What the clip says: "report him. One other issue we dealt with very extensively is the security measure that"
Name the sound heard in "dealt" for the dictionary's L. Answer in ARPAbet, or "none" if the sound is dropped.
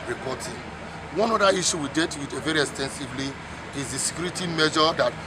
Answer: none